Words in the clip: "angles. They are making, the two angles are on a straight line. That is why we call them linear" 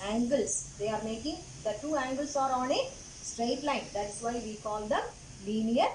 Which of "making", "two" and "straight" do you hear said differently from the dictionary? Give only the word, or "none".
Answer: none